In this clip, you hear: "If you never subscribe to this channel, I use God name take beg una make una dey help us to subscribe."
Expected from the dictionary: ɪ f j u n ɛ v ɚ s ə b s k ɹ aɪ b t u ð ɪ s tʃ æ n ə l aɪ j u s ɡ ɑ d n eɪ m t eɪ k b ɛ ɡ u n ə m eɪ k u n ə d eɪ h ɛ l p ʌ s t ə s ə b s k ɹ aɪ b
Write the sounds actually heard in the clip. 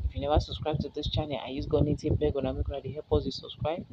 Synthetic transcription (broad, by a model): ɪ f j u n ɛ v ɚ s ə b s k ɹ aɪ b t u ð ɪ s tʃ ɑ n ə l aɪ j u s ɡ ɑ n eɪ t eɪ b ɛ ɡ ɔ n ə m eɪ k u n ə d eɪ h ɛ p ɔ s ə s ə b s k ɹ aɪ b